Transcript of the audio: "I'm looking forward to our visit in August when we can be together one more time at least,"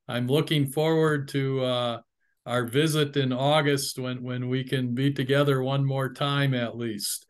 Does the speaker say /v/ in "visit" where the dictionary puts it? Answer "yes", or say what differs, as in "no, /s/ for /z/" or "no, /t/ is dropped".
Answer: yes